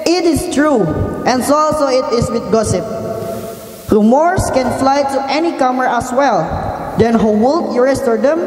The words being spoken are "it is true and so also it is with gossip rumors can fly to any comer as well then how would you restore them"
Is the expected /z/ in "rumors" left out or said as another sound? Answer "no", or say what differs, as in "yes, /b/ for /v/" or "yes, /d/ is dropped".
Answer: yes, /s/ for /z/